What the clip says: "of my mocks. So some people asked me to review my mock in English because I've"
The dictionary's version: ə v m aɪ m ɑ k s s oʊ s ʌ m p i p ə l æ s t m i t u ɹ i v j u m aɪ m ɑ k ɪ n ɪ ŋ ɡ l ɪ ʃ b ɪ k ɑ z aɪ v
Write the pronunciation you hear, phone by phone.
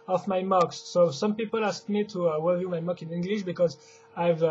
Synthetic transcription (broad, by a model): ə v m aɪ m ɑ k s s oʊ s ʌ m p i p ə l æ s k m i t u w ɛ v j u m aɪ m ɑ k ɪ n ɪ ŋ ɡ l ɪ ʃ b ɪ k ɑ z aɪ v